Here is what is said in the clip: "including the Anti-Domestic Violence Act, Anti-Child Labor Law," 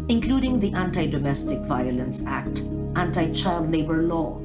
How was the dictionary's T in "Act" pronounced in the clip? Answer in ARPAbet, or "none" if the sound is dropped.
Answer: T